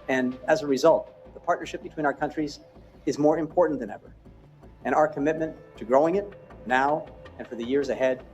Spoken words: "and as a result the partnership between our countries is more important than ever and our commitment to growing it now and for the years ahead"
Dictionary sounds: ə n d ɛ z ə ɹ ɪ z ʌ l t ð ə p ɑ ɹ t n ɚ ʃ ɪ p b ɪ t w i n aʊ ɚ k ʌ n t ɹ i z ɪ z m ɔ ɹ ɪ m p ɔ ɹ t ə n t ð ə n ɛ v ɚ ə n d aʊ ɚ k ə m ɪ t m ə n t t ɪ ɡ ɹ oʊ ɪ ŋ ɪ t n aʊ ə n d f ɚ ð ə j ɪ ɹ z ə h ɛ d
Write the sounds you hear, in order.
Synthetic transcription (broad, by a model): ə n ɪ z ə ɹ ɪ z ʌ l t ð ə p ɑ ɹ t n ɚ ʃ ɪ p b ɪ t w i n aʊ ɚ k ʌ n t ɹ i z ɪ z m ɔ ɹ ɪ m p ɔ ɹ t n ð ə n ɛ v ɚ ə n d aʊ ɚ k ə m ɪ t m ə n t t ɪ ɡ ɹ oʊ ɪ ŋ ɪ t n aʊ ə n f ɚ ð ə j ɪ ɹ z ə h ɛ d